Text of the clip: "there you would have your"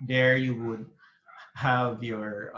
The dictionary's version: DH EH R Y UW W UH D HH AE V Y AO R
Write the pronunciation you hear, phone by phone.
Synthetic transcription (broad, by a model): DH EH R Y UW W UH D HH AE V Y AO R